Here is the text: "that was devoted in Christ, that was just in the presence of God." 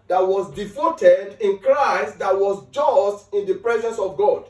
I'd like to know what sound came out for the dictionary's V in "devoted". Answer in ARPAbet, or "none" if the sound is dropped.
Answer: F